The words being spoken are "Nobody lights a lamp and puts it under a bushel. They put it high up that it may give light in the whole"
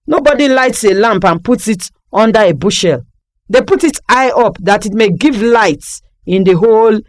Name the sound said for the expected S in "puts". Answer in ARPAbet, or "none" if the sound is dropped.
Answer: none